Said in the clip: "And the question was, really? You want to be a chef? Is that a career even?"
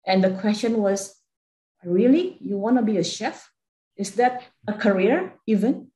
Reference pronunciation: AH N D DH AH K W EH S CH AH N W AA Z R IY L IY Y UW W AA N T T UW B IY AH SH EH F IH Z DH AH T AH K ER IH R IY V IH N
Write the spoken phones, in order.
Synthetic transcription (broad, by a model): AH N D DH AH K W EH S CH AH N W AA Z R IY L IY Y UW W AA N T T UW B IY AH SH EH F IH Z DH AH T AH K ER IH R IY V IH N